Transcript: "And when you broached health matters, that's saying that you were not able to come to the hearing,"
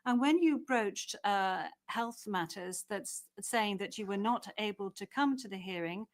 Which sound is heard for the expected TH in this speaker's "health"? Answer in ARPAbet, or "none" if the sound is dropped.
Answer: TH